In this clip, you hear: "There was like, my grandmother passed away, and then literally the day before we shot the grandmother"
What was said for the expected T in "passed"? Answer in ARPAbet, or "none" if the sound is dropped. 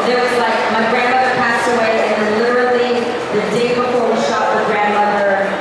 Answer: T